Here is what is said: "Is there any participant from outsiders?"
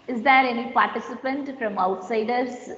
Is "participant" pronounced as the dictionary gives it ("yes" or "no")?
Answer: yes